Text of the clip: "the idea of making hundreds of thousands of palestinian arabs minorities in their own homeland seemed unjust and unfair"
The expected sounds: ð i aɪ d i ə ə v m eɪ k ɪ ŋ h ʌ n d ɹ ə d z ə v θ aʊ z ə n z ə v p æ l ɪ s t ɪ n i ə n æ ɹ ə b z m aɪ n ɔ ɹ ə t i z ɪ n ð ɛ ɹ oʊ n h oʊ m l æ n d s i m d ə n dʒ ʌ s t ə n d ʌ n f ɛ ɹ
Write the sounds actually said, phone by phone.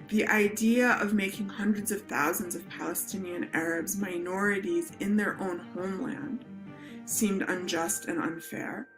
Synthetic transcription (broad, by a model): ð i aɪ d i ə ə v m eɪ k ɪ ŋ h ʌ n d ɹ ə d z ə v θ aʊ z ə n z ə v p æ l ɪ s t ɪ n i ə n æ ɹ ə b z m aɪ n ɔ ɹ ə t i z ɪ n ð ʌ ɹ oʊ n h oʊ m l æ n d s i m d ə n dʒ ʌ s t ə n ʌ n f ɛ ɹ